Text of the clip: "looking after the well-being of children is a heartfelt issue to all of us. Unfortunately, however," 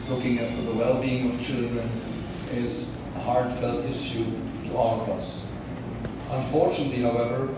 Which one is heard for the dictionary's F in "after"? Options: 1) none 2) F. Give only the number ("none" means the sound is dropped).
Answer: 1